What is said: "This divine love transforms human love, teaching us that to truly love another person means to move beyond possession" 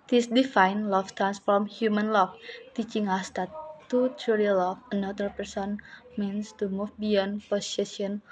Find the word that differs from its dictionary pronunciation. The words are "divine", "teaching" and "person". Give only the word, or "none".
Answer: divine